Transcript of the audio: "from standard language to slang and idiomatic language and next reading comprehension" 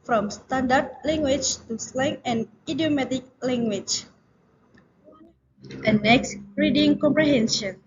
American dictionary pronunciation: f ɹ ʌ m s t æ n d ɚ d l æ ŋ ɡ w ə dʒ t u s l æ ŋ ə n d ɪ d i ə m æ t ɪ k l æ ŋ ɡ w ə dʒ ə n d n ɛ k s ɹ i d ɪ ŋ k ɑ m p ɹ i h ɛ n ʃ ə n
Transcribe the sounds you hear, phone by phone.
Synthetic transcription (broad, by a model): f ɹ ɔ m s t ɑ n d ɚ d l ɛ ŋ ɡ w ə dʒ t u s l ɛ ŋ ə n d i d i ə m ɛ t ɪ k l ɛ ŋ ɡ w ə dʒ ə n n ɛ k s ɹ i d ɪ ŋ k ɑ m p ɹ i h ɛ n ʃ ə n